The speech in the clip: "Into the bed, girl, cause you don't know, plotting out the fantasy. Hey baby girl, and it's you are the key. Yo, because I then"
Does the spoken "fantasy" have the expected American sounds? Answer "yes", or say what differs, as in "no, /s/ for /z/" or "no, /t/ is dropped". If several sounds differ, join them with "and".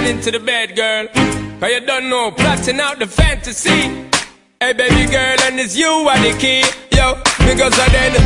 yes